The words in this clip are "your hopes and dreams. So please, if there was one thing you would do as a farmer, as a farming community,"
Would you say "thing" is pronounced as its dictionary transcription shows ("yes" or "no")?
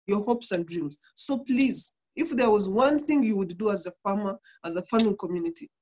yes